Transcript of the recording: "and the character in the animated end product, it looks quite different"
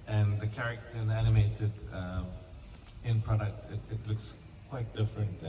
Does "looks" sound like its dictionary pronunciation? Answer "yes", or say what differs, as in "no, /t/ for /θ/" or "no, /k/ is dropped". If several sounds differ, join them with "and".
yes